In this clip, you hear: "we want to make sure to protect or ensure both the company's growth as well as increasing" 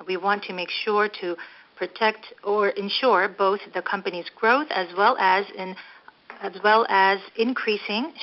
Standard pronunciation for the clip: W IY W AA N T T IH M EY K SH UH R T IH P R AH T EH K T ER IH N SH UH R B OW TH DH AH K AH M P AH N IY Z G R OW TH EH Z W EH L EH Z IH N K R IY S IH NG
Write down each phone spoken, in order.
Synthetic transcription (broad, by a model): W IY W AA N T T IH M EY K SH UH R T IH P R AH T EH K T ER IH N SH UH R B OW TH DH AH K AH M P AH N IY Z G R OW TH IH Z W EH L EH Z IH N K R IY S IH NG